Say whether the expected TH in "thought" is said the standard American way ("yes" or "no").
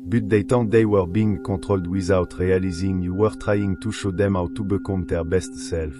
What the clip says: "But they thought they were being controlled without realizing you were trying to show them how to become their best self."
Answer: no